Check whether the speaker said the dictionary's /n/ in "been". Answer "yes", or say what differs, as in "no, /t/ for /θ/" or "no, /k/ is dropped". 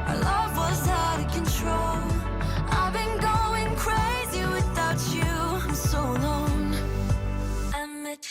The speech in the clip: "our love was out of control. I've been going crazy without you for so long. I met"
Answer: yes